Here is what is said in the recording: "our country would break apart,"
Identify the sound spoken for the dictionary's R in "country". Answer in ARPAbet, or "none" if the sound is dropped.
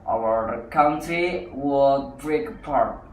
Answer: none